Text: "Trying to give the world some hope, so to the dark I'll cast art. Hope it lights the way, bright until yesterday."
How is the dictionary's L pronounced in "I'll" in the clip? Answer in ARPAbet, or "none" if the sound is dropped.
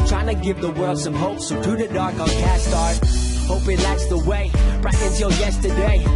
N